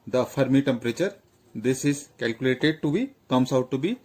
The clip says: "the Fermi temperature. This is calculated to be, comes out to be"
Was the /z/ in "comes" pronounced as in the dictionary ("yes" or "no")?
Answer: no